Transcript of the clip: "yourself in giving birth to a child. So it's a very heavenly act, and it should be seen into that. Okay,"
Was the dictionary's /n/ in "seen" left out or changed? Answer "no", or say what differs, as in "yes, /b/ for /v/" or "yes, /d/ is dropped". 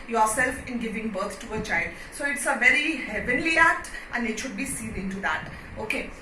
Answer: yes, /l/ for /n/